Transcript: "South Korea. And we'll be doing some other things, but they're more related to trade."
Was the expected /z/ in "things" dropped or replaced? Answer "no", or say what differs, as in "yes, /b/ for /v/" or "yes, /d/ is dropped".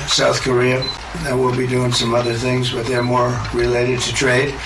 no